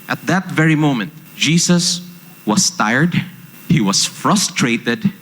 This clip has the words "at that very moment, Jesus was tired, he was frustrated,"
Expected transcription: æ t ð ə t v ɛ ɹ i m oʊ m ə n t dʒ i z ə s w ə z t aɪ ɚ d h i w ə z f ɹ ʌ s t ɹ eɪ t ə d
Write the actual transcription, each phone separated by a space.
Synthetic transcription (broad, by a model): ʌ t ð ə t v ɛ ɹ i m oʊ m ə n t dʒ i s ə s w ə s t aɪ ɚ d h i w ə s f ɹ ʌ s t ɹ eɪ t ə d